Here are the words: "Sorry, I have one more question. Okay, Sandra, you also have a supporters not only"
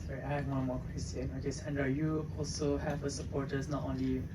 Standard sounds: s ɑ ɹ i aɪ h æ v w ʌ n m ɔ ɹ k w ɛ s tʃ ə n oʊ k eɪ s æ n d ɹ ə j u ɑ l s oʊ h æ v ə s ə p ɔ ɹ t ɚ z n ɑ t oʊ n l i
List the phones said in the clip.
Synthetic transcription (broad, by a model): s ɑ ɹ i aɪ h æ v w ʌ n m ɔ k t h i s s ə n oʊ k eɪ s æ n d ɹ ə j u ɑ l s oʊ h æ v ə s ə p ɔ ɹ t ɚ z n ɑ t oʊ n l i